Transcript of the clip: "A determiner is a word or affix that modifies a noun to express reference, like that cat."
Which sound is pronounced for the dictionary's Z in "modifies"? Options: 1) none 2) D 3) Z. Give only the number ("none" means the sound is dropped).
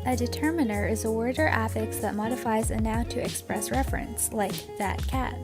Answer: 3